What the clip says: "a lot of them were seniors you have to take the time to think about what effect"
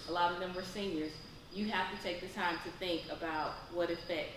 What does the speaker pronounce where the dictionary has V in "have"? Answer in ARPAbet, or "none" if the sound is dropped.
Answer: F